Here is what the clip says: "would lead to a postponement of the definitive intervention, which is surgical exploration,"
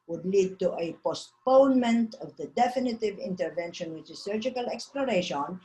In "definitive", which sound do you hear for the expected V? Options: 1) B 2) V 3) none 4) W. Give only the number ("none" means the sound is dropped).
2